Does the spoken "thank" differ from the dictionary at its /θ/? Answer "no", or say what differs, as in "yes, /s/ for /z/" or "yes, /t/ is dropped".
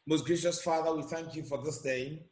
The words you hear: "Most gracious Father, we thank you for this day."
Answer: no